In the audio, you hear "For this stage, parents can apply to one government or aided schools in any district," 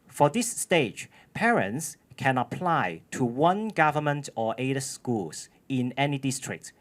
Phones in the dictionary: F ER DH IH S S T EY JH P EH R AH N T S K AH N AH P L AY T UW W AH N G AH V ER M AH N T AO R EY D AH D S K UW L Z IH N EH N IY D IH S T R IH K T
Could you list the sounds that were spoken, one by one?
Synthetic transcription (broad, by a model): F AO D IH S S T EY JH P EH R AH N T S K AH N AH P L AY T UW W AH N G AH V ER M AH N T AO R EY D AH S K UW L S IH N EH N IY D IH S T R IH K T